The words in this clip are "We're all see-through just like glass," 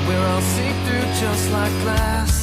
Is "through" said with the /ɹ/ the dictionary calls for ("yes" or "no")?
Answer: no